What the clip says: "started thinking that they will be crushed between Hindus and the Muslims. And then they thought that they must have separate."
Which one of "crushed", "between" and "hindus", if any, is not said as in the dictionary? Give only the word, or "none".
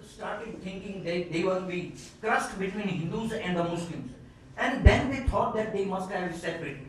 crushed